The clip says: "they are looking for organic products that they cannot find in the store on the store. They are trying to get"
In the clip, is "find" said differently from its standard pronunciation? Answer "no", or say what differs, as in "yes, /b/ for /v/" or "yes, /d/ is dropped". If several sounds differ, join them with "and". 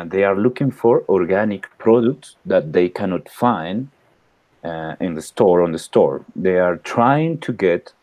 no